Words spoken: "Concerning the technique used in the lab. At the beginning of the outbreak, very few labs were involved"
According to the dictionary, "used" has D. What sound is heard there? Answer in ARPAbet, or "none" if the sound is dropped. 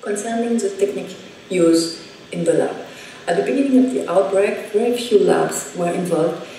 none